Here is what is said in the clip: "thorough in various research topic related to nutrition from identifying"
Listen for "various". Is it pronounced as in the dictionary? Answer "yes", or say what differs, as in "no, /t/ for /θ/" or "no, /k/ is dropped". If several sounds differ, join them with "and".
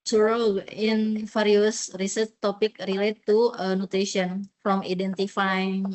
no, /f/ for /v/